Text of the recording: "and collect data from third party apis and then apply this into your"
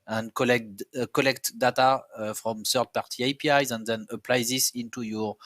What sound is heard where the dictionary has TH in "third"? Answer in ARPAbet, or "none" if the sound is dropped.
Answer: S